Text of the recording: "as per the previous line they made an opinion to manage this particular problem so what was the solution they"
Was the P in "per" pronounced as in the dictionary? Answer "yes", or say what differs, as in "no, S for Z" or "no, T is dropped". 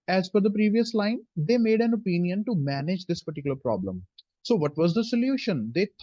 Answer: no, F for P